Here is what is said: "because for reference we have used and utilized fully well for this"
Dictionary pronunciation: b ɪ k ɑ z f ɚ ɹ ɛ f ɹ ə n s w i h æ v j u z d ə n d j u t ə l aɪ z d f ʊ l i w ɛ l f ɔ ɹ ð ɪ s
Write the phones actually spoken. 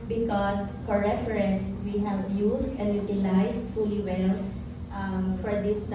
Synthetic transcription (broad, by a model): b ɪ k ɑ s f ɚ ɹ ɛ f ɹ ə n s w i h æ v j u s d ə n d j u t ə l aɪ s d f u l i w ɛ l f ɔ ɹ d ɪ s